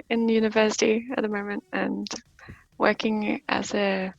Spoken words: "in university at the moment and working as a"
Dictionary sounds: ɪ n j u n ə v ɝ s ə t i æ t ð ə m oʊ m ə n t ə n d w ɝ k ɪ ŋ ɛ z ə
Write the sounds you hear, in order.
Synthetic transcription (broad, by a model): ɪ n j u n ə v ɝ s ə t i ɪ t ð ə m oʊ m ə n t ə n w ɝ k ɪ ŋ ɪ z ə